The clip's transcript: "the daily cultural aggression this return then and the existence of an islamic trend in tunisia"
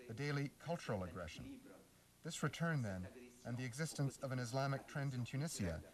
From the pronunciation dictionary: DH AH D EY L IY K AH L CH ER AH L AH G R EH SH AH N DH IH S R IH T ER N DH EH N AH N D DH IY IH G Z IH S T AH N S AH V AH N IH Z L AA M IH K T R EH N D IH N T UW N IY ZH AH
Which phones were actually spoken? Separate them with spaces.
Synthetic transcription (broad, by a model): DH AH D EY L IY K AH L CH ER L AH G R EH SH AH N DH IH S R IH T ER N DH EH N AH N DH IY IH G Z IH S T AH N S AH V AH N IH Z L AA M IH K T R EH N D IH N T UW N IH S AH